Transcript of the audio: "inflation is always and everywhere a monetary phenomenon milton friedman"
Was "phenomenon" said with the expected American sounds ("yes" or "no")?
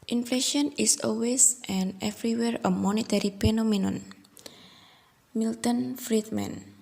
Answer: no